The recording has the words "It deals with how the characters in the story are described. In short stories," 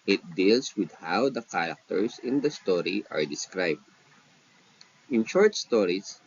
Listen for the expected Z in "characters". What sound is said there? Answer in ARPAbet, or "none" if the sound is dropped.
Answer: S